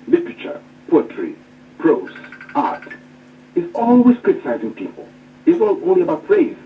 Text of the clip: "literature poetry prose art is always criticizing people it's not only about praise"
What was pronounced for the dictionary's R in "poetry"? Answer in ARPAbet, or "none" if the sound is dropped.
R